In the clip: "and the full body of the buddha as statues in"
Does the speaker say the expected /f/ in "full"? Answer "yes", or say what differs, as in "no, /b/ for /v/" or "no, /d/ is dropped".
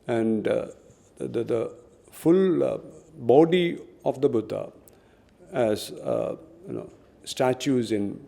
yes